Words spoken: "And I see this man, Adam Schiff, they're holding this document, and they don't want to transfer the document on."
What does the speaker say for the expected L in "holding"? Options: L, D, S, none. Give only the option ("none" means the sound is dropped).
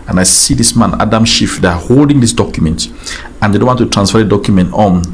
L